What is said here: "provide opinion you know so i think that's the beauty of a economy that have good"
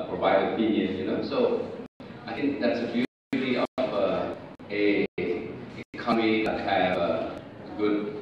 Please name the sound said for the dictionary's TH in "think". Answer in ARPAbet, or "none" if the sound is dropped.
T